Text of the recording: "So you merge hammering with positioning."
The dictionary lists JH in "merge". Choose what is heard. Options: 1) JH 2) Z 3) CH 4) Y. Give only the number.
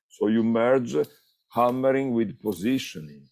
1